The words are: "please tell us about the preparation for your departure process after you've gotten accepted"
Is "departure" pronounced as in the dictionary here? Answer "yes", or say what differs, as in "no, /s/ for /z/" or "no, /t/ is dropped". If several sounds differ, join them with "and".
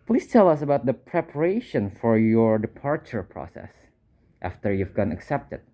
yes